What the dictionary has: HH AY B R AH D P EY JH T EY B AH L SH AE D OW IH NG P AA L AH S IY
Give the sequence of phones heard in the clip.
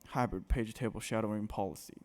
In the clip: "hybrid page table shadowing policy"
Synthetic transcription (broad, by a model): HH AY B R D P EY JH T EY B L SH AE D OW IH NG P AA L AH S IY